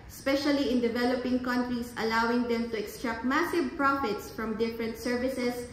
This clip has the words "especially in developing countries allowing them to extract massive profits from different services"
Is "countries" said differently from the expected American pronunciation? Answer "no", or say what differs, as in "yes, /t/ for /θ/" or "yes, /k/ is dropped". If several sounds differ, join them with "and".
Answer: yes, /s/ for /z/